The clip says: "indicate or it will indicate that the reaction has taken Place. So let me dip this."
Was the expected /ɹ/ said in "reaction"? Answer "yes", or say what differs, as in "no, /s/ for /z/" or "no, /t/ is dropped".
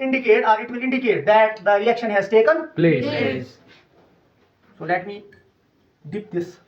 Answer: no, /l/ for /ɹ/